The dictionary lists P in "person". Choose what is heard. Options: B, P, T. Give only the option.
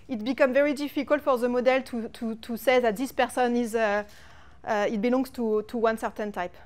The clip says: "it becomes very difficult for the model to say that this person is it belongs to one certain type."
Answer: P